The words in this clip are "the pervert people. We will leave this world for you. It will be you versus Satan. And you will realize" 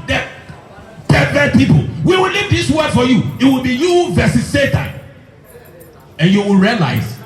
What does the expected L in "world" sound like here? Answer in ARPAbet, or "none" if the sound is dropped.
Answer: none